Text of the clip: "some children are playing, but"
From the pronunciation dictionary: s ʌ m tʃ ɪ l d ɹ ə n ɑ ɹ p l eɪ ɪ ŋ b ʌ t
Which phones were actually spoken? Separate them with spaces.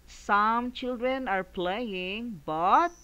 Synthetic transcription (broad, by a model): s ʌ m tʃ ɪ l d ɹ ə n ɑ ɹ p l eɪ ɪ ŋ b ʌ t